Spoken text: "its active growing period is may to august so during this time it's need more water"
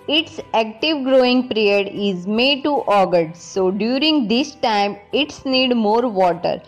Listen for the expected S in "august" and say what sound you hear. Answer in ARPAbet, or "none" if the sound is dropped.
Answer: none